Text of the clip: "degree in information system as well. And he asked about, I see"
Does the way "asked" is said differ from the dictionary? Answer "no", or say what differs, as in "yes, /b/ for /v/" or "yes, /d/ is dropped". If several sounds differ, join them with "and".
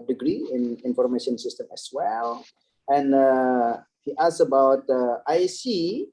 yes, /t/ is dropped